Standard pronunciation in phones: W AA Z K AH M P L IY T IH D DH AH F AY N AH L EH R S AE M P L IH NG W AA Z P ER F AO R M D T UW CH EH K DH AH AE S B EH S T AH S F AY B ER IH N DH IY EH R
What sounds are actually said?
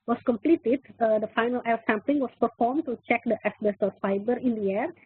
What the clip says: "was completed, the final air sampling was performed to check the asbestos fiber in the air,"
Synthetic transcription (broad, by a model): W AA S K AH M P L IY T IH D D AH F AY N AH L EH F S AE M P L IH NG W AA S P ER F AO R M T UW CH EH K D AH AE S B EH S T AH F AY B ER IH N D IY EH R